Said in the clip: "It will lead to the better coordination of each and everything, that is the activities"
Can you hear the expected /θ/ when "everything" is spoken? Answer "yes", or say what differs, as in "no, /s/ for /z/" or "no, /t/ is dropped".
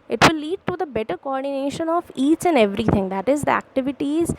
no, /t/ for /θ/